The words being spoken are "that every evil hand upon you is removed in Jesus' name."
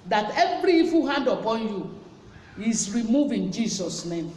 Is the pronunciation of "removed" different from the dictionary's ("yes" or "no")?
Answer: yes